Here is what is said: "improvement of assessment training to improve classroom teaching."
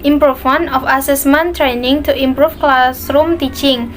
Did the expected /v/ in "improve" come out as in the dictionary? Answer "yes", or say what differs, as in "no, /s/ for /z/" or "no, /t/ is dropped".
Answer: no, /f/ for /v/